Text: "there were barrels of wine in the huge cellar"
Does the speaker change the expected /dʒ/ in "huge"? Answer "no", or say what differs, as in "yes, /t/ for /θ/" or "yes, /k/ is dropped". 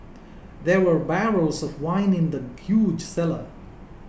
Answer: no